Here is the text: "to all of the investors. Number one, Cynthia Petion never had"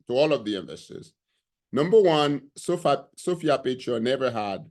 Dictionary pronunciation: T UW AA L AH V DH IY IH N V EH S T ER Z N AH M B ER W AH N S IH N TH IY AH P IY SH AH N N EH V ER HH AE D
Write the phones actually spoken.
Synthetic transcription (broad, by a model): T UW AA L AH V DH IY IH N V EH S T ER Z N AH M B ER W AH N S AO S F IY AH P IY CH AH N N EH V ER HH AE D